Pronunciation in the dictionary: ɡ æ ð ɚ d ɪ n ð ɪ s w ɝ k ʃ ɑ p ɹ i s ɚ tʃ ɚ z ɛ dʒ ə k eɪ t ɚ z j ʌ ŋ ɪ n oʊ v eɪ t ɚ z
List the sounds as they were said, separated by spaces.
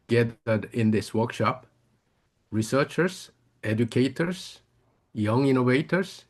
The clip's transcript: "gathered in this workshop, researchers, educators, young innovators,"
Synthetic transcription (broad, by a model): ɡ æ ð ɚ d ɪ n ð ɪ s w ɝ k ʃ ɑ p ɹ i s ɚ tʃ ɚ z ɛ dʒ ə k eɪ t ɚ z j ʌ ŋ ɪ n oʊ v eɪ t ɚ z